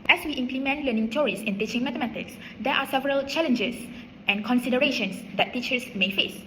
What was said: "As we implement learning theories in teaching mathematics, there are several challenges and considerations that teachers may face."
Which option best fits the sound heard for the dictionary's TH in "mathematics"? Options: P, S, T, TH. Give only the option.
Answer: T